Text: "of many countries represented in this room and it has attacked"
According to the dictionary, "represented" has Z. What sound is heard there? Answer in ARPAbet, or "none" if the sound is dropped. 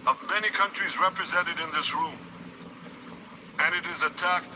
Z